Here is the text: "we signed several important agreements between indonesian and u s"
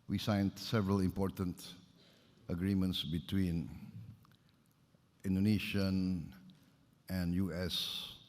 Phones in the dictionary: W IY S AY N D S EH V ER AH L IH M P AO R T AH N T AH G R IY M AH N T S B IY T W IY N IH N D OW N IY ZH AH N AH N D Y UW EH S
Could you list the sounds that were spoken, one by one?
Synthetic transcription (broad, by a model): W IY S AY N D S EH V ER AH L IH M P AO R T AH N T AH G R IY M AH N T S B IY T W IY N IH N D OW N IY SH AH N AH N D Y UW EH S